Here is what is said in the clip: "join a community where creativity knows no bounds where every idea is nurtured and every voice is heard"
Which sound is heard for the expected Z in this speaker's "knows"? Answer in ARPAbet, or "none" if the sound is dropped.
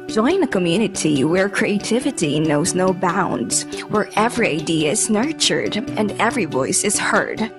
Z